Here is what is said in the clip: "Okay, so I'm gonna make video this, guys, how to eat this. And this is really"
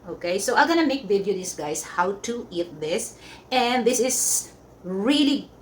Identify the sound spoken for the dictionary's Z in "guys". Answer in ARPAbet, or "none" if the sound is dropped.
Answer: S